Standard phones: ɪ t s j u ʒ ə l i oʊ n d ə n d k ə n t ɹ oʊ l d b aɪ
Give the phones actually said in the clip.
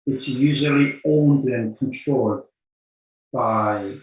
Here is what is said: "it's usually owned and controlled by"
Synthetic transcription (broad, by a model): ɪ t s j u ʒ ə l i oʊ n d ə n k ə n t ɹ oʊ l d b aɪ